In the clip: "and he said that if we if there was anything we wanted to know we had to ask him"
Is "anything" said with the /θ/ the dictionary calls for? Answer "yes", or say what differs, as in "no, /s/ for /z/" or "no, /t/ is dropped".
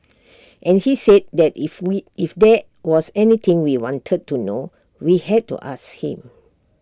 no, /t/ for /θ/